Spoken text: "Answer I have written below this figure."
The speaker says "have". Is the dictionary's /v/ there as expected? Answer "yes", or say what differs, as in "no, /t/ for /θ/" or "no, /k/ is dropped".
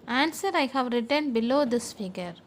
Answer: yes